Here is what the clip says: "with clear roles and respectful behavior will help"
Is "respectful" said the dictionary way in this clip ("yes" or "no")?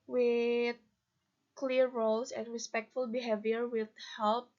yes